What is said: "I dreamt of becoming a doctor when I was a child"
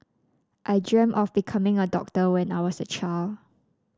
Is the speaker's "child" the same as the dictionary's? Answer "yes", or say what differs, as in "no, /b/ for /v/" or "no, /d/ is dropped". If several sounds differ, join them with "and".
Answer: no, /d/ is dropped